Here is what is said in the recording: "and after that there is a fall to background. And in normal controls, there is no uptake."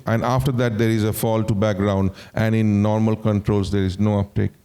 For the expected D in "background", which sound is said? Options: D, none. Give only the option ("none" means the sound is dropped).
D